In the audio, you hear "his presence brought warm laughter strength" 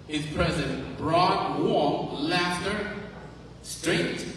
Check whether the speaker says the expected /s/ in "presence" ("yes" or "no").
no